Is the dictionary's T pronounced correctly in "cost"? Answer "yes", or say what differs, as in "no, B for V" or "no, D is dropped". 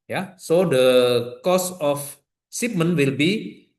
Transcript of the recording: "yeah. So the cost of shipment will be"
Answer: no, T is dropped